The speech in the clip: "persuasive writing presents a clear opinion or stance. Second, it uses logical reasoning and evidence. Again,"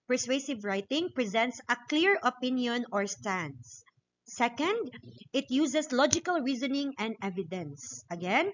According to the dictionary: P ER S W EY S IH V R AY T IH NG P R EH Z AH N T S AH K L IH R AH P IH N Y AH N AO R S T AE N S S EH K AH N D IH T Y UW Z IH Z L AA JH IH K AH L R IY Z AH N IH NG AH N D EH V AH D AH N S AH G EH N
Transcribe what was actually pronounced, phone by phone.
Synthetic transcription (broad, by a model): P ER S W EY S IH V R AY T IH NG P R EH Z AH N T S AH K L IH R AH P IH N Y AH N AO R S T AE N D S EH K AH N D IH T Y UW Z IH S L AA JH IH K AH L R IY Z AH N IH NG AH N D EH V AH D AH N S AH G EH N